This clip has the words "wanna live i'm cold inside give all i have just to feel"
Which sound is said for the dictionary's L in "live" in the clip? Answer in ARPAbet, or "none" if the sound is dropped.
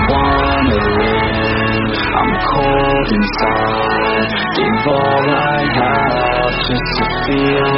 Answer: W